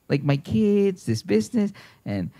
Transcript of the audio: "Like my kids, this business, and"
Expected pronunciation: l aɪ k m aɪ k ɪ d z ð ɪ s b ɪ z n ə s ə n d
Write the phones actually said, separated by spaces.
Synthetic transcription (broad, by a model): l aɪ k m aɪ k ɪ d z ð ɪ s b ɪ z n ə s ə n